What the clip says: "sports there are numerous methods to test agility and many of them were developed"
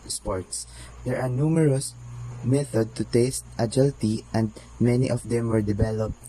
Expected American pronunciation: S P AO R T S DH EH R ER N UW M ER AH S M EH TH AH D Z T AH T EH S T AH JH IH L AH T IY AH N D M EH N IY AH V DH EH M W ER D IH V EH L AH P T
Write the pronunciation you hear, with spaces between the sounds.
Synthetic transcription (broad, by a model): S P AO R T S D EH R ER N UW M ER AH S M EH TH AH D T AH T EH S T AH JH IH L T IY AH N D M EH N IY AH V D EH M W ER D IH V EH L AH P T